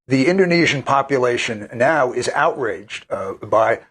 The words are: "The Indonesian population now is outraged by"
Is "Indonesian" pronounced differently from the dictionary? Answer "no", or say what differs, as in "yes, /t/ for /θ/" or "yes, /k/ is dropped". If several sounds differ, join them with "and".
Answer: no